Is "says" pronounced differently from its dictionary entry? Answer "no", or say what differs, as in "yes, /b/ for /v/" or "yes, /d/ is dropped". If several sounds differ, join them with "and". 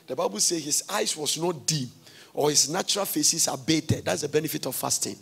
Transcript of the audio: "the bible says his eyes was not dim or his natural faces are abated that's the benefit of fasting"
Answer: yes, /z/ is dropped